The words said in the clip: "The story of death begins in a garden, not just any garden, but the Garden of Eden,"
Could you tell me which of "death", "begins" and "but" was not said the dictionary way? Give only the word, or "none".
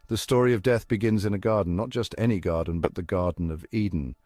none